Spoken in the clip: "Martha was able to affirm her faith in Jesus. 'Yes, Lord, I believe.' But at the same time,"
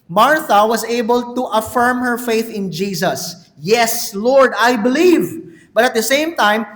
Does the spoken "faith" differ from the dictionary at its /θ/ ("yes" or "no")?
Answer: no